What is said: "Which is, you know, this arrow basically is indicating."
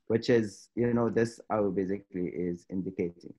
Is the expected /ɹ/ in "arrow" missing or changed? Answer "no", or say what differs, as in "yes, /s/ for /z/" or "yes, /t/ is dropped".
yes, /ɹ/ is dropped